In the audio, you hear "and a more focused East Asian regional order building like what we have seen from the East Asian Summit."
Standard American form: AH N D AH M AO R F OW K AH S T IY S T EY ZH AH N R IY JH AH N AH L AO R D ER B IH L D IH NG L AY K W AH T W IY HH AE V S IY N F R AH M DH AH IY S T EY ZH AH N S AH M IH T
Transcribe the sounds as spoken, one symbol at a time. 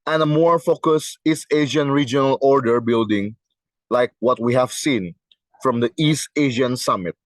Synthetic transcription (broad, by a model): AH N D AH M AO R F OW K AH S IY S T EY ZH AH N R IY JH AH N AH L AO R D ER B IH L D IH NG L AY K W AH T W IY HH AE V S IY N F R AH M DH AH IY S T EY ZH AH N S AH M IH T